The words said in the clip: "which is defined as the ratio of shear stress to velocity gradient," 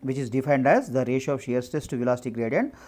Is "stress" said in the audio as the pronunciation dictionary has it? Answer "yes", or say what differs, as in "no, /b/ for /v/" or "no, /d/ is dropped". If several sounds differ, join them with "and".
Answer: no, /ɹ/ is dropped